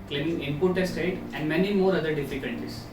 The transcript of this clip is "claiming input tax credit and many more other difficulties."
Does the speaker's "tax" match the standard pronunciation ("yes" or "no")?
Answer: no